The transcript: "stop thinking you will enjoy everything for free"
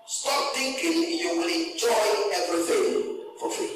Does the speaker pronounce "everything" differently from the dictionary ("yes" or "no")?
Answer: yes